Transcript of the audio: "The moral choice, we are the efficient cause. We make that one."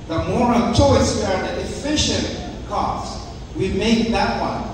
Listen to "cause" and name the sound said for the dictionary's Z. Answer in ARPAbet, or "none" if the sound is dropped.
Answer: S